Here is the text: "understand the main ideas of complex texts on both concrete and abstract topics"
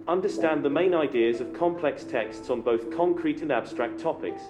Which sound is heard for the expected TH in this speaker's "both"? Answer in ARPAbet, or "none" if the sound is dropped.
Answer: TH